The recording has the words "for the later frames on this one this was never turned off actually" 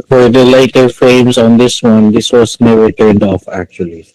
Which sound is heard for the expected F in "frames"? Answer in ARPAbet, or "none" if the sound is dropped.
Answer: F